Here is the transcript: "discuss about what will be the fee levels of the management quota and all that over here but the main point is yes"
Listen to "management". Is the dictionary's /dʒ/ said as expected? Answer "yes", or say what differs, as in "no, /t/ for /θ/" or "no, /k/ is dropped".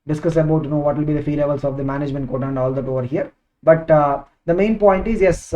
yes